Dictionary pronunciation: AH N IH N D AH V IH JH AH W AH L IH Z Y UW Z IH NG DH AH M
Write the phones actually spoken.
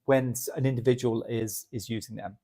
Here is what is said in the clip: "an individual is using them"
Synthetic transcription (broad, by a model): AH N IH N D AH V IH JH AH W AH L IH Z Y UW Z IH NG DH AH M